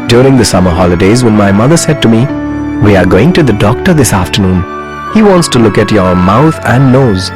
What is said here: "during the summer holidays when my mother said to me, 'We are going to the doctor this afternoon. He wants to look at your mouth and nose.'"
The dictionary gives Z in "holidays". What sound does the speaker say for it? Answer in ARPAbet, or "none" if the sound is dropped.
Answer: Z